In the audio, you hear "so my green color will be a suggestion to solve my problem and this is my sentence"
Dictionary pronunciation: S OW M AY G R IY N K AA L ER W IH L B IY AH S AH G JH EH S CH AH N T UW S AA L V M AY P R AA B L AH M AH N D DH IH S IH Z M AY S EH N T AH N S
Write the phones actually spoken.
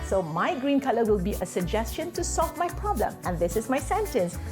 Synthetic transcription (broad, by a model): S OW M AY G R IY N K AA L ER W IH L B IY AH S AH G JH EH S CH AH N T UW S AA L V M AY P R AA B L AH M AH N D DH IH S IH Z M AY S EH N T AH N S